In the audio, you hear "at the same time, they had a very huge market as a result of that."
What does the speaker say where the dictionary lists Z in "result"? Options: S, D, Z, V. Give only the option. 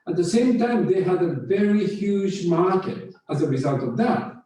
Z